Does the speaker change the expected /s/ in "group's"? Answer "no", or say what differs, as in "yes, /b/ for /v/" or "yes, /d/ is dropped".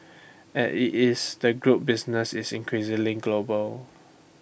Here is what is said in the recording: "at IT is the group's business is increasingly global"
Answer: yes, /s/ is dropped